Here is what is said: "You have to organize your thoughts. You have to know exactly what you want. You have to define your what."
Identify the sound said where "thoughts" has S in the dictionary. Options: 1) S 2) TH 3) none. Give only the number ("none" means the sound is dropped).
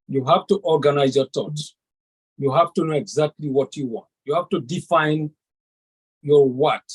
3